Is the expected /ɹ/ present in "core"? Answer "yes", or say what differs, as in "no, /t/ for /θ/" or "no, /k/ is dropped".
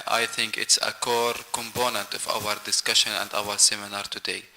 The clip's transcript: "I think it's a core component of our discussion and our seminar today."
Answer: yes